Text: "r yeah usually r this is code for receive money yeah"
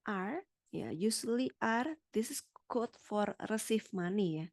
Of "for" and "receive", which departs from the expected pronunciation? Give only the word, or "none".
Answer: receive